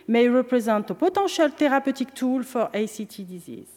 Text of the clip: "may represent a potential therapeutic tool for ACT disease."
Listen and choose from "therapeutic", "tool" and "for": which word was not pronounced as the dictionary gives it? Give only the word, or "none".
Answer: therapeutic